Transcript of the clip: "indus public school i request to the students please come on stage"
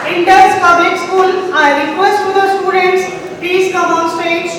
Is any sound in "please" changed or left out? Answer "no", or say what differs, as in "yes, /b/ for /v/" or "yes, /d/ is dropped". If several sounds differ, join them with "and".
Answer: yes, /l/ is dropped and /s/ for /z/